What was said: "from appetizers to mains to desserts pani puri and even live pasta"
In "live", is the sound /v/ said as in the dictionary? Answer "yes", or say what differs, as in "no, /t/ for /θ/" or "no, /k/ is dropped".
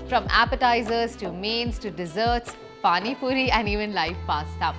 no, /f/ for /v/